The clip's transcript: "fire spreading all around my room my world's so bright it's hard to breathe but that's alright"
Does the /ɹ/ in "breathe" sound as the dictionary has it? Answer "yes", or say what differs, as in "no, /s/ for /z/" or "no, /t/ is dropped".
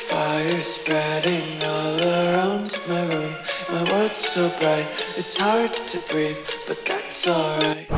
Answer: yes